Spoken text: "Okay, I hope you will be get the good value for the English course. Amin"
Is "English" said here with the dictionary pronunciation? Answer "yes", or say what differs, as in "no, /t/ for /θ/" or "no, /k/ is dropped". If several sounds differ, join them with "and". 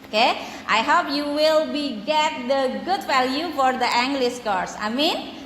no, /s/ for /ʃ/